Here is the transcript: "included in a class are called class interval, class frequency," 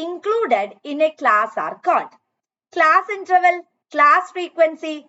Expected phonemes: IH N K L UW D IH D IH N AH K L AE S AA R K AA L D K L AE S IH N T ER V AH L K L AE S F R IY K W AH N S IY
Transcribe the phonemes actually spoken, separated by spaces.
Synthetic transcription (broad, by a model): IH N K L UW D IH D IH N AH K L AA S AA R K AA N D K L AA S IH N T ER V AH L K L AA S F R IY K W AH N S IY